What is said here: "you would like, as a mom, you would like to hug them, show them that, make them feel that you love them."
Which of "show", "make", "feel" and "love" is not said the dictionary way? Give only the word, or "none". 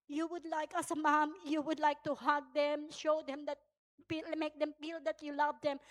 feel